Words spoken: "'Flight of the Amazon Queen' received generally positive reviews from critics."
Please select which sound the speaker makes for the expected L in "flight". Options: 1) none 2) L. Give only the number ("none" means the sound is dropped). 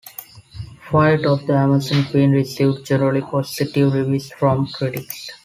1